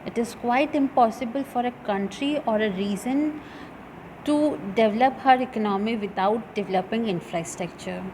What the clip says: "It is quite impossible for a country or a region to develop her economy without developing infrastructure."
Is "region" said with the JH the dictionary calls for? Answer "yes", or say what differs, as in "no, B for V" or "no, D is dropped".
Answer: no, Z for JH